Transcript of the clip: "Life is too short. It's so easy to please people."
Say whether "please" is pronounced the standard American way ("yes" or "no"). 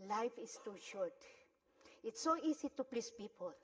no